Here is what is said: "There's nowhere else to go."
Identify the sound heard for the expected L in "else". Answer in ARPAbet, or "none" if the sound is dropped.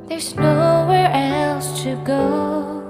L